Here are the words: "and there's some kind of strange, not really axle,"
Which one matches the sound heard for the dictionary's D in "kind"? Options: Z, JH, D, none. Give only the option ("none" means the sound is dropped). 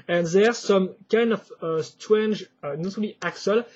D